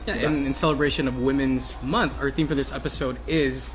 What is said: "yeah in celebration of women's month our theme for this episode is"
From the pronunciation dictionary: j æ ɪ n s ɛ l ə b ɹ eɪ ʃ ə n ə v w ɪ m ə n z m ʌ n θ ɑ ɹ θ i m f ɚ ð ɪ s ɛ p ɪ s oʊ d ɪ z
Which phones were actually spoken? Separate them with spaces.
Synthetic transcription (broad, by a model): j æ ɪ n s ɛ l ə b ɹ eɪ ʃ ə n ə v w ɪ m ə n z m ʌ n θ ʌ ɹ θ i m f ɚ ð ɪ s ɛ p ɪ s oʊ d ɪ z